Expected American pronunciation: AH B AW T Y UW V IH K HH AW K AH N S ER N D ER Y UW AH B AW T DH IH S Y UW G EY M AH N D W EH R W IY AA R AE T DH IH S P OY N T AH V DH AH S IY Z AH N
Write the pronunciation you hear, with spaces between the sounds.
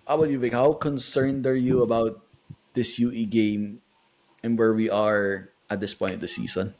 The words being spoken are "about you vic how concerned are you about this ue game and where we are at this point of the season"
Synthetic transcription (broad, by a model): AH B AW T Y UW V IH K HH AW K AH N S ER N D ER Y UW AH B AW T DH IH S Y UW G EY M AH N W EH R W IY AA R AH T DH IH S P OY T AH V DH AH S IY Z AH N